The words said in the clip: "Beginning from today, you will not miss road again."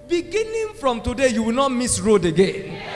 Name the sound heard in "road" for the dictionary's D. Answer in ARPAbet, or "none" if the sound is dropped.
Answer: D